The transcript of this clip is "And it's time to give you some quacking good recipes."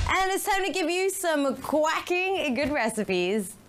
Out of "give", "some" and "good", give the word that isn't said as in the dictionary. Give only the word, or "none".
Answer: none